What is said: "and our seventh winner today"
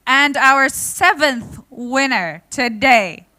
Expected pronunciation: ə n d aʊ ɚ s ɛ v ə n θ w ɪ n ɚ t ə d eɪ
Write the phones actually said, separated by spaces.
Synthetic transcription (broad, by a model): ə n d aʊ ɚ s ɛ v ə n θ w ɪ n ɚ t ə d eɪ